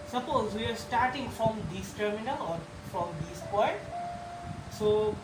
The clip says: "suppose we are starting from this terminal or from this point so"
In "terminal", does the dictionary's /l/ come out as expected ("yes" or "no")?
yes